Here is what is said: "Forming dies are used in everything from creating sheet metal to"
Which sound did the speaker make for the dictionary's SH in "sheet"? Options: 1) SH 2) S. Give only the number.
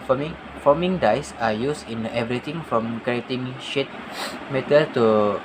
1